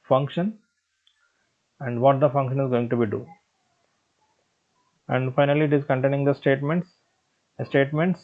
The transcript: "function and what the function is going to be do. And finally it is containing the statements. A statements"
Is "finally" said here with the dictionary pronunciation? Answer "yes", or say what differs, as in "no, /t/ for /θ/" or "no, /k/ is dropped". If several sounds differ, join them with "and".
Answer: yes